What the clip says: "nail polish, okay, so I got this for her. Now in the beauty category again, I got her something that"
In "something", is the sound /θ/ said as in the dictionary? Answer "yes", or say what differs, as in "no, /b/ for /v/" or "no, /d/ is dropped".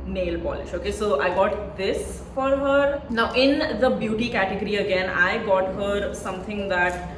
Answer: no, /t/ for /θ/